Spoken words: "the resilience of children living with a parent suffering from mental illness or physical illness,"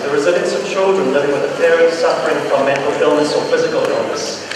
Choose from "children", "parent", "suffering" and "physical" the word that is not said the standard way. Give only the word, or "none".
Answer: parent